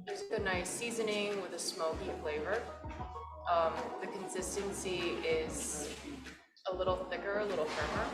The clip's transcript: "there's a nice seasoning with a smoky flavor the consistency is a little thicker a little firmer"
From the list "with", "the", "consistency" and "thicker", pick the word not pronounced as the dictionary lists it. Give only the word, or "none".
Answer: none